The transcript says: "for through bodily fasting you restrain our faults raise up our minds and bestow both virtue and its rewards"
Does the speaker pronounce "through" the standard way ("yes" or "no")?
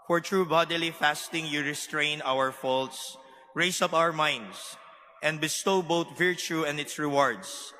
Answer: no